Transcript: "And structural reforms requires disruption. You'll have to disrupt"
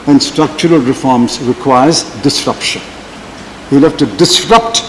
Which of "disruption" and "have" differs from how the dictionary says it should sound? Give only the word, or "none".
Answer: have